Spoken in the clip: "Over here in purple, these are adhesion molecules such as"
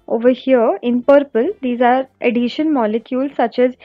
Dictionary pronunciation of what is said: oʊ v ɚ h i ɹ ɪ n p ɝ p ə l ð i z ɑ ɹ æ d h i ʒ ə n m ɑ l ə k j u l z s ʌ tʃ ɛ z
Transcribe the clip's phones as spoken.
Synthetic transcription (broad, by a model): oʊ v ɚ h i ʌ ɪ n p ɝ p ə l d i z ɑ ɹ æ d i ʃ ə n m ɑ l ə k j u l s ʌ tʃ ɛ z